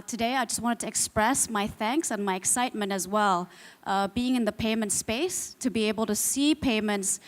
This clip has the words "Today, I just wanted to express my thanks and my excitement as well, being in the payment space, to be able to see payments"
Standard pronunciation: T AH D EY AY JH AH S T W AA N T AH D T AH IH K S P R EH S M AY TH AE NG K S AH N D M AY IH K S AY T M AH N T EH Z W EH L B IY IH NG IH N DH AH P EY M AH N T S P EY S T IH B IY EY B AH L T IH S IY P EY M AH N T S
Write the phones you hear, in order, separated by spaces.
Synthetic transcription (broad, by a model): T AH D EY AY JH AH S T W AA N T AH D T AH IH K S P R EH S M AY TH AE NG K S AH N M AY IH K S AY T M AH N T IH Z W EH L B IY IH NG IH N DH AH P EY M AH N T S P EY S T IH B IY EY B AH L T IH S IY P EY M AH N T S